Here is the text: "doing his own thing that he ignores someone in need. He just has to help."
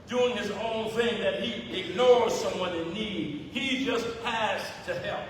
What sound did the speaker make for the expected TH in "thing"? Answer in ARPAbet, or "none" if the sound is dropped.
TH